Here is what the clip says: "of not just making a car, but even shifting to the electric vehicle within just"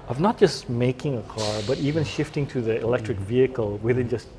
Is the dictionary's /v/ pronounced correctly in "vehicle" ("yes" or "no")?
yes